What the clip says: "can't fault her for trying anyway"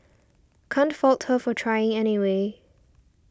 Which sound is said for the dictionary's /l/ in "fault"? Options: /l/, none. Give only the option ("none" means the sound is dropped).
/l/